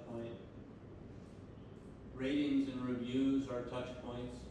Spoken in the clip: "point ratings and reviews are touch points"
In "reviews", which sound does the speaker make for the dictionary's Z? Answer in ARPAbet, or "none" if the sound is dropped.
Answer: Z